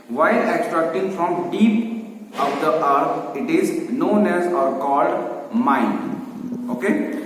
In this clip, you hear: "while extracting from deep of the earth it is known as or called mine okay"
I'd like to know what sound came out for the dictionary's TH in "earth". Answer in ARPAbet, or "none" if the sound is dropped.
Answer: T